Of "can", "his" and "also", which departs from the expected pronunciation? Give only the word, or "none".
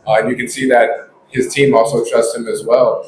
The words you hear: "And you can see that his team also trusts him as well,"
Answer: none